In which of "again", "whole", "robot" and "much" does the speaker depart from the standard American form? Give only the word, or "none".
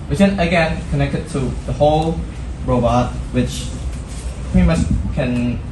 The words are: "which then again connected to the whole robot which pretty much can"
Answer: much